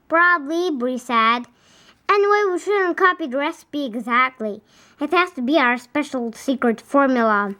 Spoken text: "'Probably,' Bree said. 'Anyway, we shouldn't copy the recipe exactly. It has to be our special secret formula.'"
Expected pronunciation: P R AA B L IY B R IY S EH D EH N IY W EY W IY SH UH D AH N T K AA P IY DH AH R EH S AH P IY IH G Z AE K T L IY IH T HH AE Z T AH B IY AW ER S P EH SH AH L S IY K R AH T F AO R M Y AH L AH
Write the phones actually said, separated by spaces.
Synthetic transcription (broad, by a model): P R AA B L IY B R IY S EH D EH N W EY W IY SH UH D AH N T K AA P IY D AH R EH S AH P IY IH G Z AE K T L IY IH T HH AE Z T AH B IY AW ER S P EH SH L S IY K R AH T F AO R M Y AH L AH